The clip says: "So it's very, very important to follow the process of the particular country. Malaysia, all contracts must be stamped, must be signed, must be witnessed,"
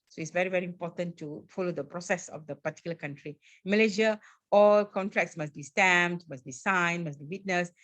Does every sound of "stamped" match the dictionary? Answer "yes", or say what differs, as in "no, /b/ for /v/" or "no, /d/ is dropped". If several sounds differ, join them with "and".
no, /p/ is dropped